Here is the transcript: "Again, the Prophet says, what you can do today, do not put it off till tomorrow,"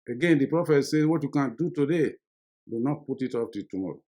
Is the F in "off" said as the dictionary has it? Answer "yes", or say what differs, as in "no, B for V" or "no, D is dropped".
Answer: no, P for F